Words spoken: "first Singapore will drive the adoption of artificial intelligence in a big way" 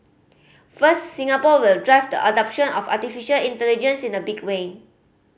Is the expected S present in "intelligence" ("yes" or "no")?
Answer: yes